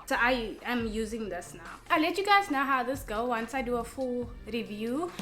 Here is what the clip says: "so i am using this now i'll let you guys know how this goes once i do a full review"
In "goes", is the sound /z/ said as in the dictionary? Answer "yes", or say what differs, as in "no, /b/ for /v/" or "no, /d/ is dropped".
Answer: no, /z/ is dropped